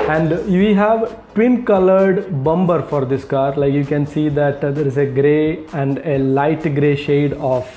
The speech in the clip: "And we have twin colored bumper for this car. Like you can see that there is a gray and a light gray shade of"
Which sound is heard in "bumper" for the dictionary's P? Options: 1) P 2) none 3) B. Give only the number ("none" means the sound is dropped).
3